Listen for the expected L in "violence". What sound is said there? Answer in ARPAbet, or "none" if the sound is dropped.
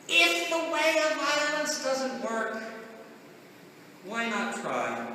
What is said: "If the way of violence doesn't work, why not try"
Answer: none